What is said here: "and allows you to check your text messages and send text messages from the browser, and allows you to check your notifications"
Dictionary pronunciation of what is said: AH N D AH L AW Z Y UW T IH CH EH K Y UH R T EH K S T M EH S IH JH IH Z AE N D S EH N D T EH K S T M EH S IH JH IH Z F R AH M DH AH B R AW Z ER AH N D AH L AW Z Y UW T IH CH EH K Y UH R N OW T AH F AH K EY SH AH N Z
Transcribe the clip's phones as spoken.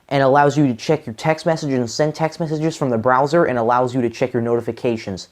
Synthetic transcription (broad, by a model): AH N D AH L AW Z Y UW T IH CH EH K Y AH R T EH K S T M EH S IH JH IH Z N S EH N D T EH K S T M EH S IH JH IH Z F R AH M DH AH B R AW Z ER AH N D AH L AW Z Y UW T IH CH EH K Y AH R N OW T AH F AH K EY SH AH N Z